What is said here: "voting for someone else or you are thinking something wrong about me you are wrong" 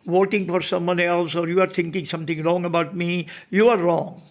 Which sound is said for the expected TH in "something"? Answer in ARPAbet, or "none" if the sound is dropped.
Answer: T